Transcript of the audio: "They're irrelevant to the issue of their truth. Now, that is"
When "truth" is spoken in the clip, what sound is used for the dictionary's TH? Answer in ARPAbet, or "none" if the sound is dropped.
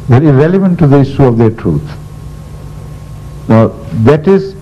T